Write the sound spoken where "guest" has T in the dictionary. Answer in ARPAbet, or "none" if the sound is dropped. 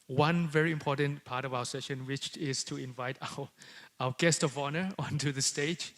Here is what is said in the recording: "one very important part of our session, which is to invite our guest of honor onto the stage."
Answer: T